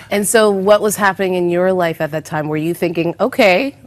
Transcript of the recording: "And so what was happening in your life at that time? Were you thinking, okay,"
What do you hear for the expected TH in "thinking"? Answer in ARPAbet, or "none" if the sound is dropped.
TH